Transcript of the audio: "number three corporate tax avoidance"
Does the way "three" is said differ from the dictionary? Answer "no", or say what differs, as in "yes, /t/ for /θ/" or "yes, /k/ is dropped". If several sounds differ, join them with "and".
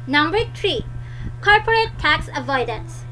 yes, /t/ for /θ/